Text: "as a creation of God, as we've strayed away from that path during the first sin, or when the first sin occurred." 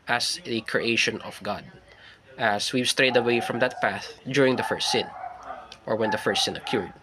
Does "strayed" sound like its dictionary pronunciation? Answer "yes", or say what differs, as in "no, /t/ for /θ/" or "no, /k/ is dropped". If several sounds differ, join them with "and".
yes